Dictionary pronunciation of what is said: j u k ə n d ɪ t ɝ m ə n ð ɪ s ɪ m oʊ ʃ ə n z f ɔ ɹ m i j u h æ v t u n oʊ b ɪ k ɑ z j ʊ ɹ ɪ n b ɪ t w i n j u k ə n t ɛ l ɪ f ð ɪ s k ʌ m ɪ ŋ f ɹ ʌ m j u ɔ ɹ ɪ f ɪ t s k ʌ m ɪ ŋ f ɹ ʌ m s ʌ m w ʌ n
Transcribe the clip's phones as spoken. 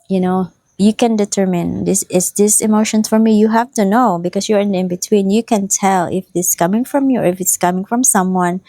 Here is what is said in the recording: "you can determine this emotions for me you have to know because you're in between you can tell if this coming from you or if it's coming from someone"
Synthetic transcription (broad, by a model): j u k ə n d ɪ t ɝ m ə n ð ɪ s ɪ m oʊ ʃ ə n f ɔ ɹ m i j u h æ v t u n oʊ b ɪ k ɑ s j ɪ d ɪ n b ɪ t w i n j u k ə n t ɛ l ɪ f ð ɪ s k ʌ m ɪ ŋ f ɹ ʌ m j u ɔ ɹ ɪ f ɪ t s k ʌ m ɪ ŋ f ɹ ʌ m s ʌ m w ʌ n